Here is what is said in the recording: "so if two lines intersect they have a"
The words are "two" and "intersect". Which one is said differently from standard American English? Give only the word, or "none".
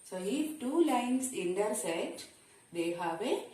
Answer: intersect